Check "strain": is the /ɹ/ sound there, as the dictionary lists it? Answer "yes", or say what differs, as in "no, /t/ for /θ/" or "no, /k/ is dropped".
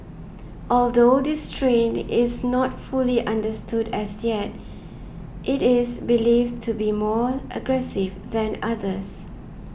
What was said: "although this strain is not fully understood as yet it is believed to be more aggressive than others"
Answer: yes